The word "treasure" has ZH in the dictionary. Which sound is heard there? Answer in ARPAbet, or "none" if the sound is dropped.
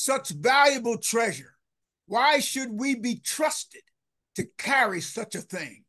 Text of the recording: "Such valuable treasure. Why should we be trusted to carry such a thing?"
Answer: ZH